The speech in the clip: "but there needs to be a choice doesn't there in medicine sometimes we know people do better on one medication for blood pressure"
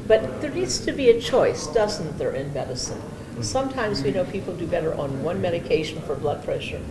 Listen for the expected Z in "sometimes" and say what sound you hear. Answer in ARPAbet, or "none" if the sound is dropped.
Z